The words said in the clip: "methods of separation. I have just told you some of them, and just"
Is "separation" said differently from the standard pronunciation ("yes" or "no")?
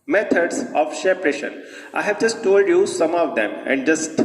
yes